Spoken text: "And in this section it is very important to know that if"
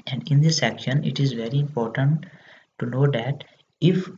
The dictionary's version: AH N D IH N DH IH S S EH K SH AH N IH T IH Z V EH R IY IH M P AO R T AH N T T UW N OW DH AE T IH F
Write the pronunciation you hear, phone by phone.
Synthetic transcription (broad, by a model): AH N D IH N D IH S S EH K SH AH N IH T IH Z V EH R IY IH M P AO R T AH N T T UW N OW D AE T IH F